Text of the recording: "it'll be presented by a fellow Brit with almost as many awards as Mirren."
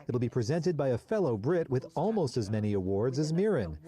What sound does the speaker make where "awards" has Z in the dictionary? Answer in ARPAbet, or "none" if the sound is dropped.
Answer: Z